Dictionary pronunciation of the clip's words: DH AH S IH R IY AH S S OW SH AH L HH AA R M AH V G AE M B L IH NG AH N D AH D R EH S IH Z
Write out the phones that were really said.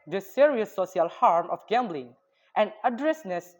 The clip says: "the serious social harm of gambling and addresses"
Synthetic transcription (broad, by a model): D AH S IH R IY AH S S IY AH L HH AA R M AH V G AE M B L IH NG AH N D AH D R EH S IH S